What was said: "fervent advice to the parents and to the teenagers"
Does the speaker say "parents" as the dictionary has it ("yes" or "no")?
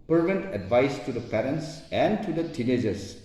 yes